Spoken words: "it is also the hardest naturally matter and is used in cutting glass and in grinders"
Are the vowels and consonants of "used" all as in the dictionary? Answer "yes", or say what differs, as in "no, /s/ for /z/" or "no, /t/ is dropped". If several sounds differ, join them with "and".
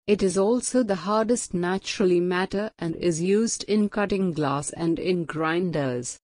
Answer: yes